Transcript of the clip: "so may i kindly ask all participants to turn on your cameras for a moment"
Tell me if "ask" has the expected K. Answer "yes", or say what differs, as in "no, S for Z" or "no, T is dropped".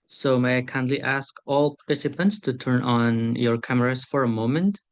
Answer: yes